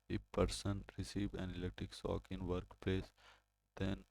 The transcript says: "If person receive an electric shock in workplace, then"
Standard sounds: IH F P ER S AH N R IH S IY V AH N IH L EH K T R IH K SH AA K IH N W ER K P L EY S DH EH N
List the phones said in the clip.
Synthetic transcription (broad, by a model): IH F P ER S AH N R IH S IY V AH N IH L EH T IH K S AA K IH N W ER K P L EY S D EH N